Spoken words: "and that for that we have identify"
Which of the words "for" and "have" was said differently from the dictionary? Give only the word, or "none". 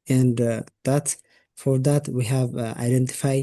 none